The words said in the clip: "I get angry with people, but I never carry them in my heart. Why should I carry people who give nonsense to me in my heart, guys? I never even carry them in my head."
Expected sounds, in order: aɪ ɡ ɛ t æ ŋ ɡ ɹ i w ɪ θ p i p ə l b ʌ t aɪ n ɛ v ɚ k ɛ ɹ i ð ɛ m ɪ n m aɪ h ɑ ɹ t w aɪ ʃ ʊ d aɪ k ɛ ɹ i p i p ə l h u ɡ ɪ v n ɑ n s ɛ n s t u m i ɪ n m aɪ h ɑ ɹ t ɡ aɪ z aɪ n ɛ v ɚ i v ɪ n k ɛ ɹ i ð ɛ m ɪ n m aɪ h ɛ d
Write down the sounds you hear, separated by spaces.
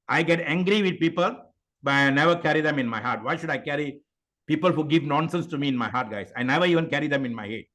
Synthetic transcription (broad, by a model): aɪ ɡ ɛ t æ ŋ ɡ ɹ i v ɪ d p i p ə l b ʌ t aɪ n ɛ v ɚ k ɛ ɹ i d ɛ m ɪ n m aɪ h ɑ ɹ t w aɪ ʃ ʊ d aɪ k ɛ ɹ i p i p ə l h u ɡ ɪ v n ɑ n s ɛ n s t u m i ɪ n m aɪ h ɑ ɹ t ɡ aɪ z aɪ n ɛ v ɚ i v ɪ n k ɛ ɹ i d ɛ m ɪ n m aɪ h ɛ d